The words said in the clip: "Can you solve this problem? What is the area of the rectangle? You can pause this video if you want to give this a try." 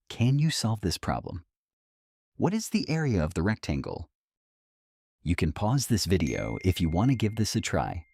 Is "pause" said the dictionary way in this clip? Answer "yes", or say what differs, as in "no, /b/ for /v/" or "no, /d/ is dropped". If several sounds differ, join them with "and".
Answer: yes